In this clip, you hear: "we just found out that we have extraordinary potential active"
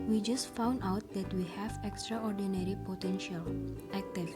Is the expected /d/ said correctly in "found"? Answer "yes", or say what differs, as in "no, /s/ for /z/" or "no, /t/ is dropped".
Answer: yes